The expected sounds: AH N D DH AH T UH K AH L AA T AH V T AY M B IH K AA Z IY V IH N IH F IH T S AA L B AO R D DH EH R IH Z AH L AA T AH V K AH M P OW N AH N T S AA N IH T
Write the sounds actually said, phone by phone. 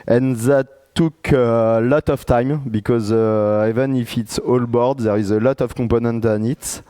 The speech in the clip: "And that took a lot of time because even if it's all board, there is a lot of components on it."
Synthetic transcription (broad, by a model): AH N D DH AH T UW K AH L AA T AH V T AY M B IH K AA Z IY V IH N IH F IH T S AA L B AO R D DH EH R IH Z AH L AA T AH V K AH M P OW N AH N T AA N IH T